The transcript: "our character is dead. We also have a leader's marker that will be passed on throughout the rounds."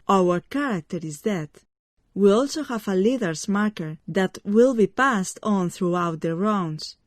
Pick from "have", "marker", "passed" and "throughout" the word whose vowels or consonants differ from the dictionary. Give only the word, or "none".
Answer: none